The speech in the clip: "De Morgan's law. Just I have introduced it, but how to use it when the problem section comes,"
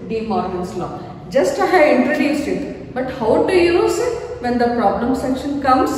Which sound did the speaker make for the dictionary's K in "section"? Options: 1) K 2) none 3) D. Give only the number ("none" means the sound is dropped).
1